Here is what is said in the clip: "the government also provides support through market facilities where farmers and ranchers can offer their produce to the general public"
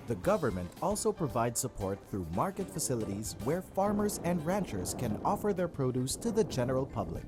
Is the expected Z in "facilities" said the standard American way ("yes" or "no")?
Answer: yes